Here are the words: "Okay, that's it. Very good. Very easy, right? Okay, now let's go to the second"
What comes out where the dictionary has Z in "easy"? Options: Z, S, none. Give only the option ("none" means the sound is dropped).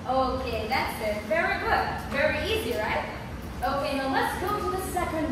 Z